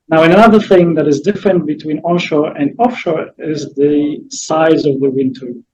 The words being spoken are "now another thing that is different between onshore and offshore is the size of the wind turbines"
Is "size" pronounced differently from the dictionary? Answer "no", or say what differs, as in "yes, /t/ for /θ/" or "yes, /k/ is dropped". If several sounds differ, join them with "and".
no